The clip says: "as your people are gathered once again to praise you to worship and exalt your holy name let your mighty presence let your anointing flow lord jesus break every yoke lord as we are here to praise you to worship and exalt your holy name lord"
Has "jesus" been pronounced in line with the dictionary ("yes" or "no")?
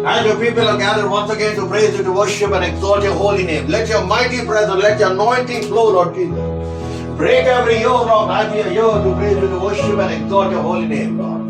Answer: no